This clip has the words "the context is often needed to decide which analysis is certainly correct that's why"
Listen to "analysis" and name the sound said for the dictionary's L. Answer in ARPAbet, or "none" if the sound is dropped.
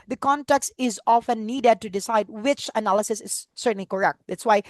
L